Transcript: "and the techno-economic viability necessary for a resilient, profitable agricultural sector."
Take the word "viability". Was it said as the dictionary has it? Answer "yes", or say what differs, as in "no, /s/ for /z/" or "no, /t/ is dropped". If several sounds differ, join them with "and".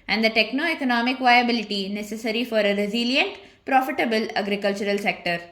yes